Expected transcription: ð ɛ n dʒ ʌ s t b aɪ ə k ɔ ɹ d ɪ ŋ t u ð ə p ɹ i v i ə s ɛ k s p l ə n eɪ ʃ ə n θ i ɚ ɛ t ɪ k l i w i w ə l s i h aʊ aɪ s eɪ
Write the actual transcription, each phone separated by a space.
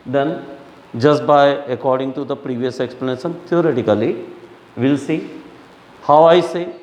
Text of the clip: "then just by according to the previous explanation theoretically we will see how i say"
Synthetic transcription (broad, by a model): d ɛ n dʒ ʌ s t b aɪ ə k ɔ ɹ d ɪ ŋ t u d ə p ɹ i v i ə s ɛ k s p l ə n eɪ ʃ ə n t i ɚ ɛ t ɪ k i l i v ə l s i h aʊ aɪ s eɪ